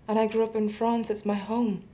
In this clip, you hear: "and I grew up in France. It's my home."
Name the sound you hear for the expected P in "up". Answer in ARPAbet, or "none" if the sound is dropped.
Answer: P